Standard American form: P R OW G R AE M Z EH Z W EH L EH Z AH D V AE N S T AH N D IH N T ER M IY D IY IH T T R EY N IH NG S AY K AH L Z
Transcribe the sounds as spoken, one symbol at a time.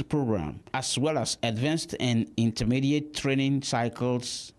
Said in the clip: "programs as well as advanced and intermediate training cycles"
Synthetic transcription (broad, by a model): P R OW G R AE M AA S W EH L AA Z AH D V AE N S T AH N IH N T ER M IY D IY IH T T R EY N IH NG S AY K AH L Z